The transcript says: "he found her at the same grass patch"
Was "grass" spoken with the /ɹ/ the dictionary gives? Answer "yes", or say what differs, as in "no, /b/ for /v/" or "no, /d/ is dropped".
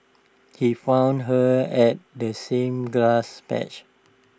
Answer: no, /l/ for /ɹ/